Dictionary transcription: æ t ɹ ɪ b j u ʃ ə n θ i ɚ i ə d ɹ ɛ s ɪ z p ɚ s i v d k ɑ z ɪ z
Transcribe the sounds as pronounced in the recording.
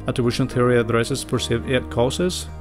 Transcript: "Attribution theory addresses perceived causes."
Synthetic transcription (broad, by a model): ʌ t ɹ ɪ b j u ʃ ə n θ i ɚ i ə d ɹ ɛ s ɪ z f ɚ s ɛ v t k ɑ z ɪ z